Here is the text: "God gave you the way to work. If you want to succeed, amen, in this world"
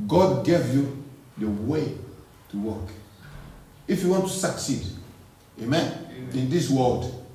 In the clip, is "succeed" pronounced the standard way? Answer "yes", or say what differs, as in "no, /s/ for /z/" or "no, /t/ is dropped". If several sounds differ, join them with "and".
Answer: yes